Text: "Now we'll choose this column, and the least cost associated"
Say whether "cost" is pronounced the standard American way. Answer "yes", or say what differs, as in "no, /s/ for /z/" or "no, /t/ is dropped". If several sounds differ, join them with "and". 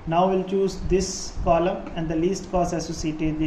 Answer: no, /t/ is dropped